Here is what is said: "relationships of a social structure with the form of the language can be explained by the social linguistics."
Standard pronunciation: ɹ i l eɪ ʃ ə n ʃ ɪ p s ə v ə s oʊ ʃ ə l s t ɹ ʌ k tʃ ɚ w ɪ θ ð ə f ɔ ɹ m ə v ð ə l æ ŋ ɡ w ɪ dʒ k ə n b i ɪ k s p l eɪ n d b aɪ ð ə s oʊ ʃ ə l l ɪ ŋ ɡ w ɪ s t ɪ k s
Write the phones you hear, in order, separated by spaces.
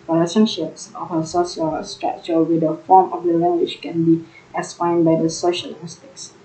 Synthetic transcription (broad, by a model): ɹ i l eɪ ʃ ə n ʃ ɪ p s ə f ə s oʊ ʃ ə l s t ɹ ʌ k tʃ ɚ w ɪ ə f ɔ m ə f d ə l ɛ ŋ ɡ w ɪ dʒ k ə n b i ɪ s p ɑ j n b aɪ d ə s oʊ ʃ ə l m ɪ s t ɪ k s